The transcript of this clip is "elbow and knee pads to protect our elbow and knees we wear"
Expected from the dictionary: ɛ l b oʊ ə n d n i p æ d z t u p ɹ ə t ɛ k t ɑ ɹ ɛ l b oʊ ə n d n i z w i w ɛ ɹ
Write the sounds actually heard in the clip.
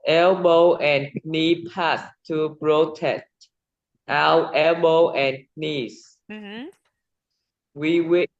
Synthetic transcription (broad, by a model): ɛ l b oʊ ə n n i p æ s t u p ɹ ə t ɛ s t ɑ w ɛ l b oʊ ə n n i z w i w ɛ